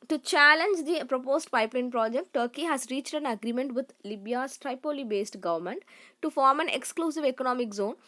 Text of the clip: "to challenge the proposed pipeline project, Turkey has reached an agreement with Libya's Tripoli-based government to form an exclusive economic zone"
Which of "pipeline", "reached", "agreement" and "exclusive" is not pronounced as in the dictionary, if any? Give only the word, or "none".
none